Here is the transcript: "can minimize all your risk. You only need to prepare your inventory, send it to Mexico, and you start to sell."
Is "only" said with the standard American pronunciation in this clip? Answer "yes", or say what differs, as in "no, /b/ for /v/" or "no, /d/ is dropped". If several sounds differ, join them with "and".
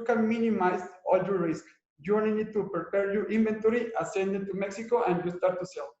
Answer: no, /l/ is dropped